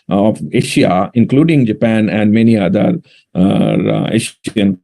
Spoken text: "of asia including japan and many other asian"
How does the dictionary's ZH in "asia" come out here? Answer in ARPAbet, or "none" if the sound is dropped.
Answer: SH